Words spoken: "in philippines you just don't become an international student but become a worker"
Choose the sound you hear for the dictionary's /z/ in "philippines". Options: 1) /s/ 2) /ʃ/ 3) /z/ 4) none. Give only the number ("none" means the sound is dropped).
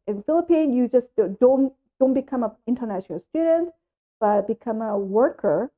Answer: 4